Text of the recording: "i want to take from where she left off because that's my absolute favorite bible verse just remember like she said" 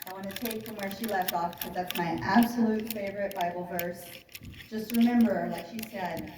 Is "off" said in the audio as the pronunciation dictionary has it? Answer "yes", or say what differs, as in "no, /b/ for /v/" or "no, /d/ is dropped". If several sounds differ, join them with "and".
yes